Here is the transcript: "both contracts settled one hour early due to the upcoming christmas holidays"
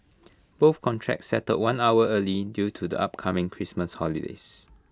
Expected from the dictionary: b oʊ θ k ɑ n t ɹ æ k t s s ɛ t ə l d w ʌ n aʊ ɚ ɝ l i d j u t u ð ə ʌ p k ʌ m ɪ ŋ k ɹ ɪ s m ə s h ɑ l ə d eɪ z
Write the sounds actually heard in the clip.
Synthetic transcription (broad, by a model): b oʊ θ k ɑ n t ɹ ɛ k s s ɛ t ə d w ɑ n aʊ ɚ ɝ l i d j u t u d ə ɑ p k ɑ m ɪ ŋ k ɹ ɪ s m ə s h ɑ l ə d eɪ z